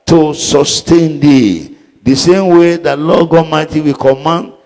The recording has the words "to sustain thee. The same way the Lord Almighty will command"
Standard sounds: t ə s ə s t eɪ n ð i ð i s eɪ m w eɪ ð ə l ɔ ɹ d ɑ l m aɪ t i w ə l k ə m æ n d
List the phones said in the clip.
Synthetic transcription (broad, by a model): t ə s ə s t eɪ n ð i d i s eɪ m w eɪ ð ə l ɔ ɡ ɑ m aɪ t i w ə k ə m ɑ n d